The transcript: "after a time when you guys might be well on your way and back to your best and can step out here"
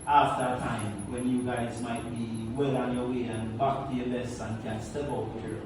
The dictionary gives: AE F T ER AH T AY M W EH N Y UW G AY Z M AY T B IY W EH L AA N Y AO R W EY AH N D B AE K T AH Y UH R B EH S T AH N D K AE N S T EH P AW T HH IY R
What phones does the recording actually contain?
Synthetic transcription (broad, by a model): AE F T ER AH T AY M W EH N Y UW G AY Z M AY T B IY W EH L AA N Y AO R W EY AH N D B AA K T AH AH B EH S AH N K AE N S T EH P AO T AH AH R